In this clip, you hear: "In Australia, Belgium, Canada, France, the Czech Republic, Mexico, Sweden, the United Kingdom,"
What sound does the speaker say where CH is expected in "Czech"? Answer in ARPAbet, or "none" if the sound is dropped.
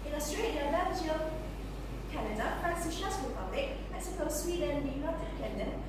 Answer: SH